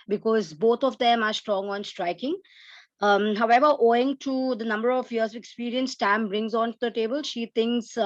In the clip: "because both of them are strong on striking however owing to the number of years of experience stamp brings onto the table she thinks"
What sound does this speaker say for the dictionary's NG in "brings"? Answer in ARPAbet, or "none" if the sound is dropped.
NG